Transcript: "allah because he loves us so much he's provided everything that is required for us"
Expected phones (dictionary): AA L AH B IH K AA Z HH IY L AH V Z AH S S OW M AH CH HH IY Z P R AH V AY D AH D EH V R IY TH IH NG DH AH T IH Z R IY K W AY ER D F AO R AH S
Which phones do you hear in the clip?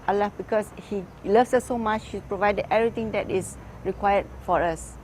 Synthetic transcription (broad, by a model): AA L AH B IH K AA S HH IY L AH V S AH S S OW M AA CH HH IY S P R AH V AY D AH D EH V R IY T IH NG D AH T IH S R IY K W AY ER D F AO R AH S